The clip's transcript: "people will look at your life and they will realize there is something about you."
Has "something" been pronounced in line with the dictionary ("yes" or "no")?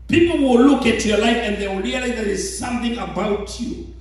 yes